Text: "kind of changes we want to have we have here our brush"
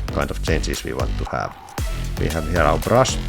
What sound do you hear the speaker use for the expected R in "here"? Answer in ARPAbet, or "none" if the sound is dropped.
L